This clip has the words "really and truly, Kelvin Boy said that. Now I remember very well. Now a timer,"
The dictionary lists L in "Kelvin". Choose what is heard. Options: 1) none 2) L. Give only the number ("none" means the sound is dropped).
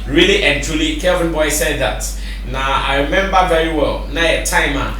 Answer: 1